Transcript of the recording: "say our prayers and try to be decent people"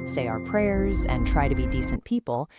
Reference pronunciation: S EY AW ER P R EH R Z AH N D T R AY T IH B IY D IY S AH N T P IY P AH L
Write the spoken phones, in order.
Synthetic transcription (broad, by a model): S EY AW ER P R EH R Z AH N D T R AY T IH B IY D IY S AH N P IY P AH L